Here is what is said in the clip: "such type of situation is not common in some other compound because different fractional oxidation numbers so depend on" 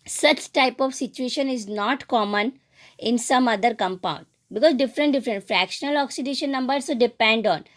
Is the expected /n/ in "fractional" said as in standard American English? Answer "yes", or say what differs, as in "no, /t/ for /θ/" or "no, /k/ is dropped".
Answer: yes